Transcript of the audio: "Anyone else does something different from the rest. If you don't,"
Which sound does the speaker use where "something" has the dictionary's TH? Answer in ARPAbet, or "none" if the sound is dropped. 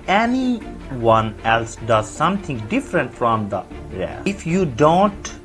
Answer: T